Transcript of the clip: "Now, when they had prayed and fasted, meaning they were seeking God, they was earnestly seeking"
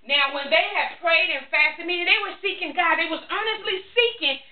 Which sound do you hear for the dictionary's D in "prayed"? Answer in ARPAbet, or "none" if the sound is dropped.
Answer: D